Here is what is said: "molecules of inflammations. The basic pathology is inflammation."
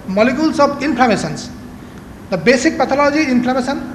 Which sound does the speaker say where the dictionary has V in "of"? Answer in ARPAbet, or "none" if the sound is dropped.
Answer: B